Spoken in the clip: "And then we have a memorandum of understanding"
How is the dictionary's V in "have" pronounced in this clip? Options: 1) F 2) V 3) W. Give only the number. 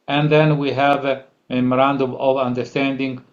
2